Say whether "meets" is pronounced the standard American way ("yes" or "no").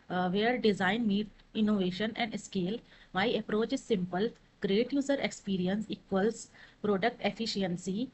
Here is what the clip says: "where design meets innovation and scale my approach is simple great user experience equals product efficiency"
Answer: no